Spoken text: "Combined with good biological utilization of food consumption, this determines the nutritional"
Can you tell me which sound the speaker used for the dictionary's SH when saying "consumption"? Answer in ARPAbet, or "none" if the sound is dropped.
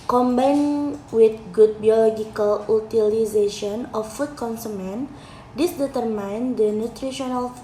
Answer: none